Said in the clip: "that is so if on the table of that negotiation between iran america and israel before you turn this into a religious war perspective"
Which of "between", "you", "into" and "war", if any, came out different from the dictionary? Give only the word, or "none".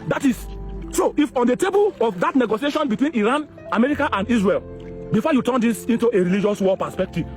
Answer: war